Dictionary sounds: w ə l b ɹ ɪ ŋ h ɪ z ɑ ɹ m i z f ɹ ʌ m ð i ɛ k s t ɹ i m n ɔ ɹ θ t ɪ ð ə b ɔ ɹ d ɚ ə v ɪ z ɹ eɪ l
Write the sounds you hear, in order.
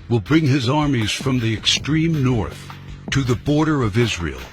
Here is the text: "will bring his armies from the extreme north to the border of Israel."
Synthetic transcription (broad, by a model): w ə l b ɹ ɪ ŋ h ɪ z ɑ ɹ m i z f ɹ ʌ m ð i ɛ k s t ɹ i m n ɔ ɹ θ t ɪ ð ə b ɔ ɹ d ɚ ə v ɪ z ɹ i l